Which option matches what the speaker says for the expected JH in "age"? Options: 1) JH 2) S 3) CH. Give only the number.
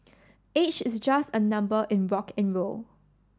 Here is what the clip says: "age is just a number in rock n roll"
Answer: 3